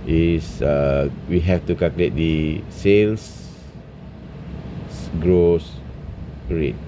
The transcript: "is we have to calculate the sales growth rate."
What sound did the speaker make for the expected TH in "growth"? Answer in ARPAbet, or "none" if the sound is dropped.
S